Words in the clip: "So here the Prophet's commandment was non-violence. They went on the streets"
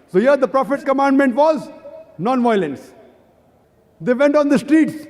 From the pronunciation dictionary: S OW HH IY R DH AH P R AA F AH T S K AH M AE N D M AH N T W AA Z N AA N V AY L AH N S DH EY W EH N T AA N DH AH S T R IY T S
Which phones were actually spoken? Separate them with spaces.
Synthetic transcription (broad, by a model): S OW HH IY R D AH P R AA F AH T K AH M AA N D M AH N T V AA Z N AA N V AY L AH N S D EY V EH N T AA N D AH S T R IY T S